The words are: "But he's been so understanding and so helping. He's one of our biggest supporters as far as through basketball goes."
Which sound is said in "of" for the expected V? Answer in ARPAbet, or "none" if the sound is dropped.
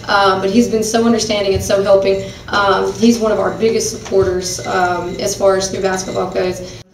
V